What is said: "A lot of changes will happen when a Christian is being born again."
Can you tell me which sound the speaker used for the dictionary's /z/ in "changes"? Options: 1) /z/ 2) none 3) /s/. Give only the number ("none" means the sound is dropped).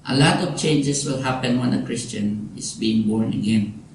3